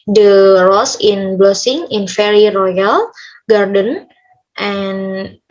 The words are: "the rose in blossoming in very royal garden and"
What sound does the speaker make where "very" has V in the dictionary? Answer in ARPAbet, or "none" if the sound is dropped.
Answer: F